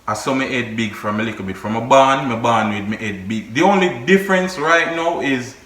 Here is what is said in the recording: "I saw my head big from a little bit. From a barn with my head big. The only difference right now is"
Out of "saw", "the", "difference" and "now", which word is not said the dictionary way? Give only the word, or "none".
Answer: none